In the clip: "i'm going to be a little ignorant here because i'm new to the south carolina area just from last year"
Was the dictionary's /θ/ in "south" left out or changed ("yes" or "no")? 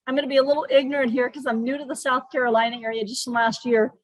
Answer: no